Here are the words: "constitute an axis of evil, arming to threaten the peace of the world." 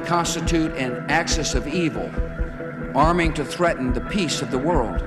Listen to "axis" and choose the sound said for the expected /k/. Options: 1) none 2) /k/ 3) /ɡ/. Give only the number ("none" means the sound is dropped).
2